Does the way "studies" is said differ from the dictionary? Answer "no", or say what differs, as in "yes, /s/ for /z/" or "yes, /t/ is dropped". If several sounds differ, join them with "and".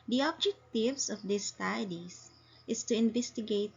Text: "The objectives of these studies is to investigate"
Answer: yes, /s/ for /z/